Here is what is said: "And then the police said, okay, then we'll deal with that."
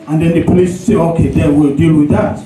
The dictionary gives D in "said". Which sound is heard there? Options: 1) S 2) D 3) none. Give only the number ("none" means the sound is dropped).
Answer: 3